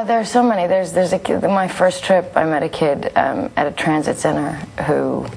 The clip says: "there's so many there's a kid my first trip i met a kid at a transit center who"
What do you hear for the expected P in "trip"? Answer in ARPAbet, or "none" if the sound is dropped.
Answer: P